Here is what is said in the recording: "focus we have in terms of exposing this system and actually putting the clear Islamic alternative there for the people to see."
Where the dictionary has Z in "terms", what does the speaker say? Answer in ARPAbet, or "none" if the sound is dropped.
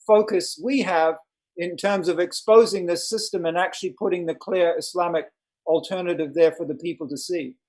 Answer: Z